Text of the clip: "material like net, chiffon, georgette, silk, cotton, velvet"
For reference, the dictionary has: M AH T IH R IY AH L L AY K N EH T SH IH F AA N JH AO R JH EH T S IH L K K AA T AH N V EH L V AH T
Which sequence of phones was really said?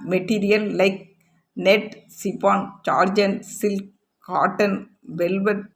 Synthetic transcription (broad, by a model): M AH T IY R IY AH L L AY K N EH T S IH P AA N CH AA R JH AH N S IH L K K AA T AH N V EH L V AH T